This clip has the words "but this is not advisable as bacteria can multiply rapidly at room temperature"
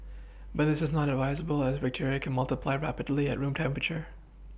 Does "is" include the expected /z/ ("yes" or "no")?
yes